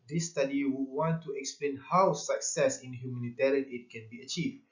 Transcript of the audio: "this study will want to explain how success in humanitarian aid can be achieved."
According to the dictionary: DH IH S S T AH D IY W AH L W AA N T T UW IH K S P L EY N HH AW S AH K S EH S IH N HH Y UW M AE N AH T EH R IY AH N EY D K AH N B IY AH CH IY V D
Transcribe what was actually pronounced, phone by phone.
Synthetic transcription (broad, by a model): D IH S S T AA D IY W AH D W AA N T T UW IH K S P L EY N HH AW S AH K S EH S IH N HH Y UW M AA N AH T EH R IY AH N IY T K AH N B IY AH CH IY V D